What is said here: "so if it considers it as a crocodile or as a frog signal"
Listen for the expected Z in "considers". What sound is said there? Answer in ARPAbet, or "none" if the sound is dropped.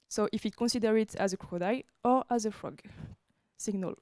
none